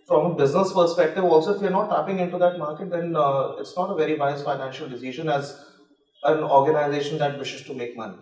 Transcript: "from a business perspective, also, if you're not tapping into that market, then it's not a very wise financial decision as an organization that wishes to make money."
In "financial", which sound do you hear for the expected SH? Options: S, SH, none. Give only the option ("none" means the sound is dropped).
SH